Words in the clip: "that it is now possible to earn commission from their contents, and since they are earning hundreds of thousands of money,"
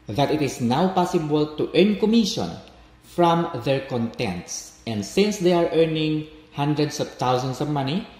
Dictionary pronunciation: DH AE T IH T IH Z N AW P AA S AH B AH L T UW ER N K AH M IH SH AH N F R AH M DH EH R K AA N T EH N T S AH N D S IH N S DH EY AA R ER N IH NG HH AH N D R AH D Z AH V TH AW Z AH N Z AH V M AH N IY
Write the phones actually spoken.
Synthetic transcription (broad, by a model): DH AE T IH T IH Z N AW P AA S AH B AH L T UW ER N K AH M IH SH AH N F R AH M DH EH R K AA N T EH N T S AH N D S IH N S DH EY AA R ER N IH NG HH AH N D R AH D S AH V T AW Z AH N S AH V M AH N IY